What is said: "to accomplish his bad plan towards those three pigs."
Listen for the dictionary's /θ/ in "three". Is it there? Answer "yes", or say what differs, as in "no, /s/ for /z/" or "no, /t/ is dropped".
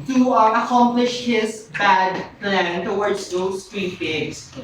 no, /t/ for /θ/